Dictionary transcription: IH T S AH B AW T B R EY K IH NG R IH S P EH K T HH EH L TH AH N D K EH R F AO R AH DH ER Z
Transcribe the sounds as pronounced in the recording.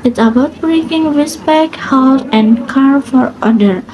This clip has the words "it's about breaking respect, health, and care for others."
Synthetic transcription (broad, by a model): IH T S AH B AW T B R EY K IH NG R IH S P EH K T HH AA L S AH N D K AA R F AO R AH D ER